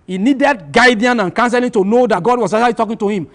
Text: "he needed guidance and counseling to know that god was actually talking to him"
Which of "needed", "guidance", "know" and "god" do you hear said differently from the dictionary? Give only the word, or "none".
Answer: guidance